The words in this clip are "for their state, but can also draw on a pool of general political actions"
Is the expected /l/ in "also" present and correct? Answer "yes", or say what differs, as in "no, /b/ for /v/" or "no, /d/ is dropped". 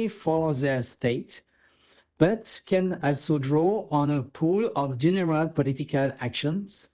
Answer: yes